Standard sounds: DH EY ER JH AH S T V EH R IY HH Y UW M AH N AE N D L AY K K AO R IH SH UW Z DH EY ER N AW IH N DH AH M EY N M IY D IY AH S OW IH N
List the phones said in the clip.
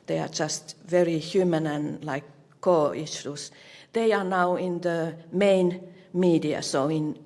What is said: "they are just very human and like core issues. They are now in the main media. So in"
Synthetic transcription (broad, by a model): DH EY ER JH AH S T V EH R IY HH Y UW M AH N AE N L AY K K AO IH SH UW S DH EY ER N AW IH N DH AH M EY N M IY D IY AH S OW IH N